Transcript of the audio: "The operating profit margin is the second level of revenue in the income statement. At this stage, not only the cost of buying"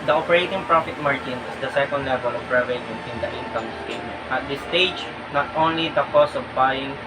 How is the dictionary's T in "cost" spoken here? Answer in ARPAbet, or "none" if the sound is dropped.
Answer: none